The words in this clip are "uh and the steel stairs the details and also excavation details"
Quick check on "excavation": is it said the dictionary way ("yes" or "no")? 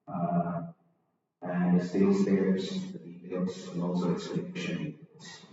no